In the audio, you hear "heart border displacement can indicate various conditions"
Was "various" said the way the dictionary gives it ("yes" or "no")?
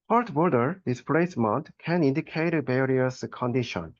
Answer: no